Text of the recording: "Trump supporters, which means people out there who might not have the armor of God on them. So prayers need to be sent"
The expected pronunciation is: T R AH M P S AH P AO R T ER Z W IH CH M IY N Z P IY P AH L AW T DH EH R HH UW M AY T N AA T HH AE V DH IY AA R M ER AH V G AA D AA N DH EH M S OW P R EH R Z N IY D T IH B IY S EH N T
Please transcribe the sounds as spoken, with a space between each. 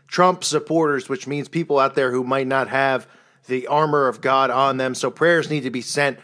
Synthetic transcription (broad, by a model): T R AH M P S AH P AO R T ER Z W IH CH M IY N Z P IY P L AW T DH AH R HH UW M AY T N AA T HH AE V DH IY AA R M ER AH V G AA D N DH EH M S OW P R EH R Z N IY D T IH B IY S EH N T